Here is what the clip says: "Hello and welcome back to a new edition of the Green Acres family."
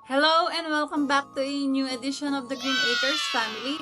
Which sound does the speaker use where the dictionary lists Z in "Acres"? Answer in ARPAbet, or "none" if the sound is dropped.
S